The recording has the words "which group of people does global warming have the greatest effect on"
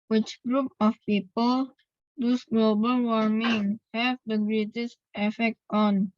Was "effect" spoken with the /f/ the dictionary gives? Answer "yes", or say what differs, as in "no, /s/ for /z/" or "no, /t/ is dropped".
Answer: yes